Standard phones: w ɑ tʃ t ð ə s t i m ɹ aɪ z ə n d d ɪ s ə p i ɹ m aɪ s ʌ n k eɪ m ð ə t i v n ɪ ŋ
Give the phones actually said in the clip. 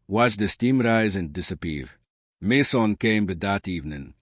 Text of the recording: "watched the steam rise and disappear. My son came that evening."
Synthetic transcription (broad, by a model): w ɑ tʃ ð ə s t i m ɹ aɪ z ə n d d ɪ s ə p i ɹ m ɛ s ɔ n k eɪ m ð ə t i v n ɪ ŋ